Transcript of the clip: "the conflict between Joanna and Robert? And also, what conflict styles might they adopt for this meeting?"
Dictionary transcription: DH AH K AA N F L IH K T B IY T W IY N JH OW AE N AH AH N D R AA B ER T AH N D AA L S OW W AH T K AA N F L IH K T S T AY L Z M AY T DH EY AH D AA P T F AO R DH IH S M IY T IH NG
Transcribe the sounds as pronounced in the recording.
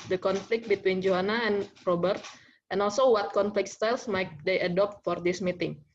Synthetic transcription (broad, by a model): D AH K AA N F L IH K T B IY T W IY N JH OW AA N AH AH N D R AA B ER T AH N AA L S OW W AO T K AA N F L IH K T S T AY L S M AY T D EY AH D AA P T F AO R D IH S M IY T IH NG